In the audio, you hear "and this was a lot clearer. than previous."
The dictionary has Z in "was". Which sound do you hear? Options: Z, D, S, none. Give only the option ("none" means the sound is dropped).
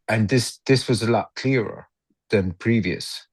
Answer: Z